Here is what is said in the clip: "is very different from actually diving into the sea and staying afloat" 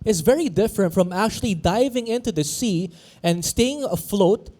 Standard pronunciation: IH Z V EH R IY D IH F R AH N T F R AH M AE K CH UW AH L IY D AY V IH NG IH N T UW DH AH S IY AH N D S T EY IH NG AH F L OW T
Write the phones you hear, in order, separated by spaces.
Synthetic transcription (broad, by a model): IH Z V EH R IY D IH F R AH N T F R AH M AE K CH UW AH L IY D AY V IH NG IH N T UW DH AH S IY AH N D S T EY IH NG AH F L OW T